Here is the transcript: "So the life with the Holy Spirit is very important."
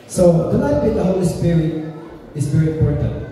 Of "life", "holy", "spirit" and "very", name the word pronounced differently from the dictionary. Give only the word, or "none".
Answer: life